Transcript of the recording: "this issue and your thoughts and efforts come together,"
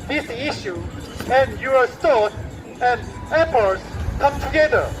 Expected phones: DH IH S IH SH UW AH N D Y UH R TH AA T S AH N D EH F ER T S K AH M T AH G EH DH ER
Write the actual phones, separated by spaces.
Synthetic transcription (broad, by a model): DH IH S IH SH UW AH N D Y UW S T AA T AH N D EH P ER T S K AH M T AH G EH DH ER